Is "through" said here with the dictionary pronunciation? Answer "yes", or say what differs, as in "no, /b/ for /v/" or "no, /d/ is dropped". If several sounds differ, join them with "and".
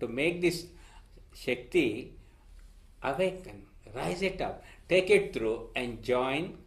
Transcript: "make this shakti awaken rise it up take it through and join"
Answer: no, /t/ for /θ/